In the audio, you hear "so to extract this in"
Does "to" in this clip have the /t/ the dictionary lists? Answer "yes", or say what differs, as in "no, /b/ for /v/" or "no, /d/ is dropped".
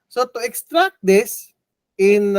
yes